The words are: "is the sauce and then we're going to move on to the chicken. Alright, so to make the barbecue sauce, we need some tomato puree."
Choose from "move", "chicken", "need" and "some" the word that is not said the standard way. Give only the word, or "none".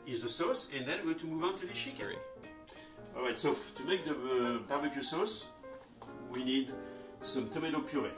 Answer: chicken